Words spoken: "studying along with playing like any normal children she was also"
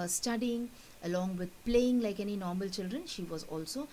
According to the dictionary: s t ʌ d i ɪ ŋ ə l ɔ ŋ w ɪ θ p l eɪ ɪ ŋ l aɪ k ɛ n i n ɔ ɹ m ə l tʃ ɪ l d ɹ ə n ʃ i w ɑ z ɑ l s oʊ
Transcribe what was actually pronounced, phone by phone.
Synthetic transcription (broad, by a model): s t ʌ d i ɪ ŋ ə l ɔ ŋ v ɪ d p l eɪ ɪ ŋ l aɪ k ɛ n i n ɔ ɹ m ə l tʃ ɪ l d ɹ ə n ʃ i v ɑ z ɑ l s oʊ